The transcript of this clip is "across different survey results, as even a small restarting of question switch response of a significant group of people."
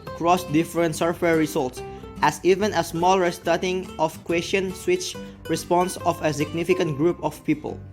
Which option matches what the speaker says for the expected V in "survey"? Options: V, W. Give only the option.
W